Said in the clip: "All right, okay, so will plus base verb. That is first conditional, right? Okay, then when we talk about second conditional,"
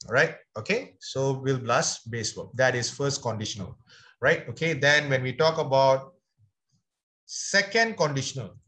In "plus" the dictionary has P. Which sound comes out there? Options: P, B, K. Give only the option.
B